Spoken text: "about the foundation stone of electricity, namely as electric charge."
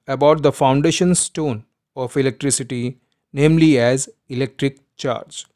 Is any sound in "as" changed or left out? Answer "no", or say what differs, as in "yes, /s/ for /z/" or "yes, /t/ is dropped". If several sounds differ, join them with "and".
no